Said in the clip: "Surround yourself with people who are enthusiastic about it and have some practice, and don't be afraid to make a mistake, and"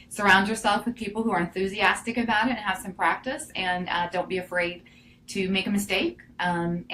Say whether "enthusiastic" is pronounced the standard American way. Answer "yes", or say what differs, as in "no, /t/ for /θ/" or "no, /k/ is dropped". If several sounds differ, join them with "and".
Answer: yes